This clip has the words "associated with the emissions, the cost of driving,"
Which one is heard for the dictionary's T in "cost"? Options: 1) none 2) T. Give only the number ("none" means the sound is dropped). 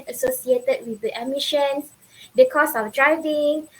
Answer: 1